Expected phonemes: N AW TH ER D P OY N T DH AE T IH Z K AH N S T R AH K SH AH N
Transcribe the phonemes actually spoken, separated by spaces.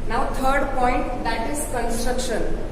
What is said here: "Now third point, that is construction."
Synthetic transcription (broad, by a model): N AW T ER D P OY N T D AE T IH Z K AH N S T R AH K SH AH N